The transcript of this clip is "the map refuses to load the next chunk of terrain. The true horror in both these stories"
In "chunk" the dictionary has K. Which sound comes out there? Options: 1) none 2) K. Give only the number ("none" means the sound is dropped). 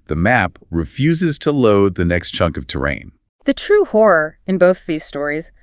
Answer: 2